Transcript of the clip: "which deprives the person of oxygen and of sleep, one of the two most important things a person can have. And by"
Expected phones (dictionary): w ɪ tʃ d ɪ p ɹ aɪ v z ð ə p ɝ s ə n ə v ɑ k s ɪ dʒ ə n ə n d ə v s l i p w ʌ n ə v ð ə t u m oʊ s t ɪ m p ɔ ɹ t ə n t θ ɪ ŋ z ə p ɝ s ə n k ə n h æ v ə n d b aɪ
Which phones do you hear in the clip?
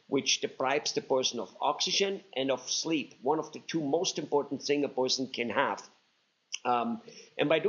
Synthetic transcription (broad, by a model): w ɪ tʃ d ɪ p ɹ aɪ b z ð ə p ɝ s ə n ə v ɑ k s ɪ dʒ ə n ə n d ə v s l i p w ʌ n ə v ð ə t u m oʊ s t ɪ m p ɔ ɹ t n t θ ɪ ŋ ə p ɝ s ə n k ə n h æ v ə n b aɪ